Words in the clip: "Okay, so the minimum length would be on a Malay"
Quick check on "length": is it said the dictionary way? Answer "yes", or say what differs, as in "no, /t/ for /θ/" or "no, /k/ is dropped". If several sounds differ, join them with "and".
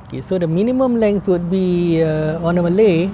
no, /s/ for /θ/